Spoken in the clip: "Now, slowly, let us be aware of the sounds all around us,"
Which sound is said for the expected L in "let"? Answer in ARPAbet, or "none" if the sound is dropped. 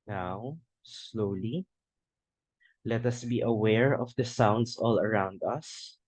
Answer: L